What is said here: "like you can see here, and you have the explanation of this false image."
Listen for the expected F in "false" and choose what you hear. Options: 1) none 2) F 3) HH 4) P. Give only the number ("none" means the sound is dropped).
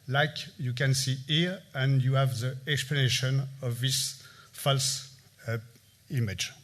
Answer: 2